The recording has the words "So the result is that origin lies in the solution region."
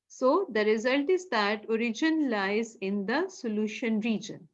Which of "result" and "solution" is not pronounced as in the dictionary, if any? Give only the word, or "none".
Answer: none